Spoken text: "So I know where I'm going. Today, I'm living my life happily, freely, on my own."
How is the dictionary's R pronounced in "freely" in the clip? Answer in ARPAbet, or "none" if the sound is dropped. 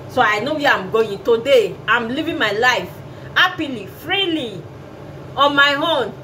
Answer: R